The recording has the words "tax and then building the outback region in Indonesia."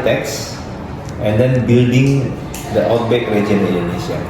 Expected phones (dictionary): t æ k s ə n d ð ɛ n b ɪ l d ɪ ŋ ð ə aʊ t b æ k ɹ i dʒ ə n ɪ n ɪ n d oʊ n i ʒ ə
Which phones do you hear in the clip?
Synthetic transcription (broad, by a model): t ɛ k s ə n d ɛ n b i l d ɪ ŋ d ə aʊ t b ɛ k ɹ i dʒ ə ɪ n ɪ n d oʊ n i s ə